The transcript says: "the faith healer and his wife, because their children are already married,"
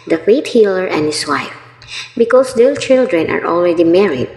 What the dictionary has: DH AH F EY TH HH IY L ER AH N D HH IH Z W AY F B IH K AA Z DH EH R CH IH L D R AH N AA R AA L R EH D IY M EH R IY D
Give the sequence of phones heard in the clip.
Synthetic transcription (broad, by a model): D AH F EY T HH IY L ER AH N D HH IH S W AY F B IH K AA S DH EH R CH IH L D R AH N AA R AA L R EH D IY M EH R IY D